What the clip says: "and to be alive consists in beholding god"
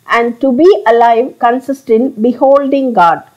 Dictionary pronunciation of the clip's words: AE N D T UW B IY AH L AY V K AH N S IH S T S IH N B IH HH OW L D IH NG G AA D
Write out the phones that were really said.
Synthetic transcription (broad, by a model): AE N D T UW B IY AH L AY V K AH N S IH S T IH N B IH HH OW L D IH NG G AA D